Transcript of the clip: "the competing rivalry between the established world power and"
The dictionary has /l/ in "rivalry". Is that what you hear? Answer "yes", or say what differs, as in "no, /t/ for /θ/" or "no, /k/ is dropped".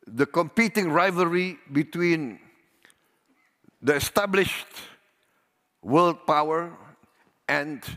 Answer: no, /l/ is dropped